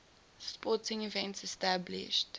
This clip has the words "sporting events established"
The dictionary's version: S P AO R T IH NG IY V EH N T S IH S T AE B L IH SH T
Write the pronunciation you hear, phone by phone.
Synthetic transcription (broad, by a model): S P AO T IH NG IY V EH N T S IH S T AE B L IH SH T